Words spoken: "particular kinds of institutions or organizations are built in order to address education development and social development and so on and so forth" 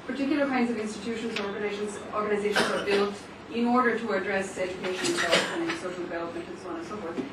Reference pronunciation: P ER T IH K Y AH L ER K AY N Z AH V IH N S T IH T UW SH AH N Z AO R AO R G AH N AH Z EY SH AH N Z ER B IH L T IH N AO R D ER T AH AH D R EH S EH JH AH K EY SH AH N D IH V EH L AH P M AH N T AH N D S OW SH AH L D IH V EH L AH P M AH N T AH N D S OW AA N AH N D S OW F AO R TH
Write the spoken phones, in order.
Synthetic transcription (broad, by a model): P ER T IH K Y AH L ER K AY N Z AH V IH N S T IH T UW SH AH N Z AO R AO R G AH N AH Z EY SH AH N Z ER B IH L T IH N AO R D ER T AH AH D R EH S EH JH AH K EY SH AH N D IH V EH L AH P AH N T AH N S OW SH L D IH V EH L AH P M AH N T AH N S OW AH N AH N S OW F AO R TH